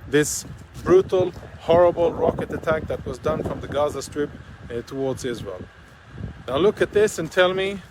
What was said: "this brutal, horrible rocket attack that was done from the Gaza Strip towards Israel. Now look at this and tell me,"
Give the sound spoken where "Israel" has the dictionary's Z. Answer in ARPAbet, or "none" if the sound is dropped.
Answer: Z